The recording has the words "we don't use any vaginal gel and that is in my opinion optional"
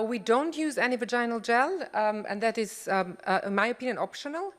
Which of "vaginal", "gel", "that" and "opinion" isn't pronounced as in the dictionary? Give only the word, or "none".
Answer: none